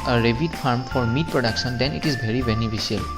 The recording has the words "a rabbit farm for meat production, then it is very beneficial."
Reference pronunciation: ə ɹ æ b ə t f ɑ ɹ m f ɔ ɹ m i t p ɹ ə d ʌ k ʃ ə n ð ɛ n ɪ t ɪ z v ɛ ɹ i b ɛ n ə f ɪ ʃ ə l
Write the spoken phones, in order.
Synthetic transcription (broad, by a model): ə ɹ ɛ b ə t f ɑ ɹ m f ɔ ɹ m i t p ɹ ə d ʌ k s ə n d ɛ n ɪ t ɪ z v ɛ ɹ i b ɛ n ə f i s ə l